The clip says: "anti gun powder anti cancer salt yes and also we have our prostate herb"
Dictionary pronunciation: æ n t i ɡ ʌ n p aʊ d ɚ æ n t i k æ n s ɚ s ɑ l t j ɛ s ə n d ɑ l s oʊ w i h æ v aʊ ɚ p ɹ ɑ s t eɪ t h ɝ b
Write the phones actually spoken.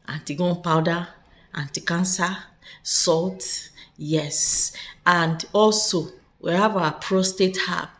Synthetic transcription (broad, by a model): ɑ n t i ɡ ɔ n p aʊ d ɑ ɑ n t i k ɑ n s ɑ s ɑ l t j ɛ s ə n d ɑ l s oʊ w i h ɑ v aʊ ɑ p ɹ ɑ s t eɪ t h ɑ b